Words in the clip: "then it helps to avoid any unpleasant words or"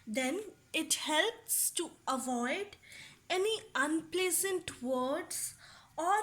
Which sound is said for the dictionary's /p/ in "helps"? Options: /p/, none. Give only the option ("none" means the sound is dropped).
/p/